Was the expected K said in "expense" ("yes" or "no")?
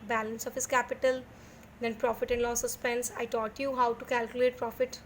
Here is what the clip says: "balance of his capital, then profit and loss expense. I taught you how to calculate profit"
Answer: no